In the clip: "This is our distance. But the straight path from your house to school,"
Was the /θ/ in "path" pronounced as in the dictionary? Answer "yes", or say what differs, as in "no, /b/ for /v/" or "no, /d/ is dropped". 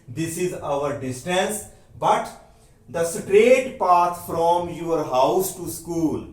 no, /t/ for /θ/